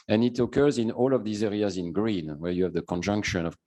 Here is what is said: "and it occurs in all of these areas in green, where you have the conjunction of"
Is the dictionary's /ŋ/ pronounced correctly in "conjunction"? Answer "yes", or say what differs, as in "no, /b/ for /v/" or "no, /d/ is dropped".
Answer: yes